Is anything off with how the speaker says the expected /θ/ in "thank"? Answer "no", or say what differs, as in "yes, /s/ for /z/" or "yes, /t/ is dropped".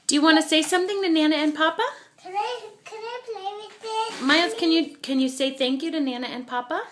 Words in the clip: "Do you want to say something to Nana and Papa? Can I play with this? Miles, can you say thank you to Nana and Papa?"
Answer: no